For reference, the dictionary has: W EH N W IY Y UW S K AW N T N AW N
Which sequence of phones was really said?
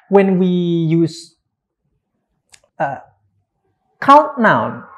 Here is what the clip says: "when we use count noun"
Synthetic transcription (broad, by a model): W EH N W IY Y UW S K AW T N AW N